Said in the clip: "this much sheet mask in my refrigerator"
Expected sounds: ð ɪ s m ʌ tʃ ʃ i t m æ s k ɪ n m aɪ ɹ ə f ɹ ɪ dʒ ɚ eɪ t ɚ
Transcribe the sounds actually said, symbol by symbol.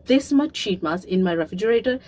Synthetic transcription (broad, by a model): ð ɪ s m ʌ tʃ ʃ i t m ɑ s ɪ n m aɪ ɹ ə f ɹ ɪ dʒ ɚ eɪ t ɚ